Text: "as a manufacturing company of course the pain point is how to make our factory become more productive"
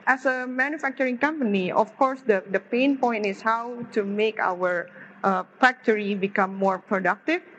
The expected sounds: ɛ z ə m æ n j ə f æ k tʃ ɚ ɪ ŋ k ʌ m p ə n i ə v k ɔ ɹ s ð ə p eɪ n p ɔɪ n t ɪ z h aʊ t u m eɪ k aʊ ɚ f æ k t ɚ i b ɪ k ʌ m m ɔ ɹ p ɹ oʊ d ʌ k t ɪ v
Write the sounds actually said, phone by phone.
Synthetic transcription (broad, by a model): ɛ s ə m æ n j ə f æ k tʃ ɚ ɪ ŋ k ʌ m p ə n i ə f k ɔ ɹ s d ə p eɪ n p ɔɪ n t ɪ s h aʊ t u m eɪ k aʊ ɚ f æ k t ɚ i b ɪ k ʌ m m ɔ ɹ p ɹ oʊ d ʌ k t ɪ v